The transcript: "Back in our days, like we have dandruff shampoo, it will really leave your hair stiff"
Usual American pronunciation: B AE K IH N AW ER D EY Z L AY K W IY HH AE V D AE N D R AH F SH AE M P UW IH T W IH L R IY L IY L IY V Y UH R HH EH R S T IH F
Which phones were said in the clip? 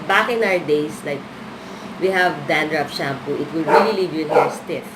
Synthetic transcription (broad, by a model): B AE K IH N AW ER D EY S L AY K W IY HH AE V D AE N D R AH P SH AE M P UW IH T W IH L R IY L IY L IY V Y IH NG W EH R S T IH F